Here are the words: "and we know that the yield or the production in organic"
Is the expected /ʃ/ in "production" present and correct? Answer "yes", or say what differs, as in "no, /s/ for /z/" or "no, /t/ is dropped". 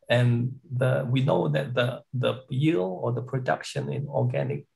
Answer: yes